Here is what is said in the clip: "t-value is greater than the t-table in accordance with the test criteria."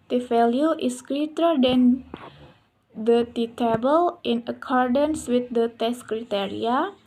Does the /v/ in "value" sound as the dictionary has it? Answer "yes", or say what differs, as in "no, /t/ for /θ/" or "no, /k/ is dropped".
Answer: no, /f/ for /v/